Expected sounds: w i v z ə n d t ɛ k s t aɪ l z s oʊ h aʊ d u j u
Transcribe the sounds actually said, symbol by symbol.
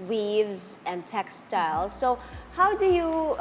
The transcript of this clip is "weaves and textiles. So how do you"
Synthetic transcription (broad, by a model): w i v z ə n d t ɛ k s t aɪ l z s oʊ h aʊ d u j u